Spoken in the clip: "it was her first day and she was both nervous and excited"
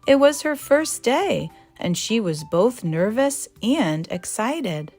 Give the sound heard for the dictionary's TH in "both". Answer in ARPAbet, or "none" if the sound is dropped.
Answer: TH